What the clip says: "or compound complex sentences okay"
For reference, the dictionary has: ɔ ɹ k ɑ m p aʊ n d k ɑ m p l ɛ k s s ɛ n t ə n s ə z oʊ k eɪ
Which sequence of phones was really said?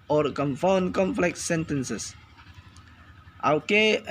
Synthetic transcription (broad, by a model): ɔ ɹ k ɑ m f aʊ n k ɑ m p l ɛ k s s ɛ n t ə n s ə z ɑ k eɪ